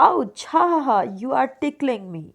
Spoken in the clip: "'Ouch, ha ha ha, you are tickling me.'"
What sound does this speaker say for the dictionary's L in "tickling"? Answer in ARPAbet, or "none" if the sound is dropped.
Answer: L